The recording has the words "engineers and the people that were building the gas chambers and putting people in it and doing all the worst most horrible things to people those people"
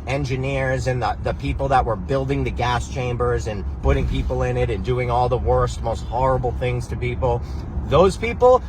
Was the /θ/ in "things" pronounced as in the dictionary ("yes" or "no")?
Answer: yes